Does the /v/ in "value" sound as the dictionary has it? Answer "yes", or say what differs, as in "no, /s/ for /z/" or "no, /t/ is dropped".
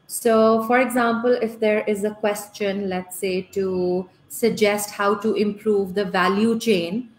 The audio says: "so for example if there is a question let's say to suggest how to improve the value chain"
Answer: yes